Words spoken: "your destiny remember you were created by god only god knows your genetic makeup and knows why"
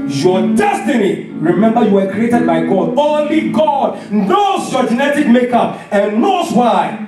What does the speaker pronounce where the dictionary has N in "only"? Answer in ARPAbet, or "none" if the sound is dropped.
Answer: N